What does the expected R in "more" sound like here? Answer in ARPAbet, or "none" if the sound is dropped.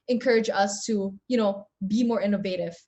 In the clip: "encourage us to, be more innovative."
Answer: R